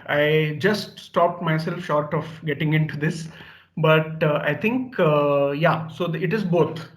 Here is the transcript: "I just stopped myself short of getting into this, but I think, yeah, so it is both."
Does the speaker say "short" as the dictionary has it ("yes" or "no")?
yes